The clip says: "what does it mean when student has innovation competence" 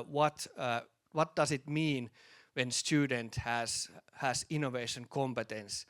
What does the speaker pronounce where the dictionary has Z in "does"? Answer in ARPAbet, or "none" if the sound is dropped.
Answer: S